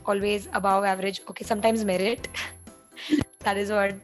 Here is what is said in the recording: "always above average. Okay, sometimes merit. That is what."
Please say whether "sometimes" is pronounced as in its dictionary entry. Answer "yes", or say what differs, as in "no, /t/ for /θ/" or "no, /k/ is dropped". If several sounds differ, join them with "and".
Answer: yes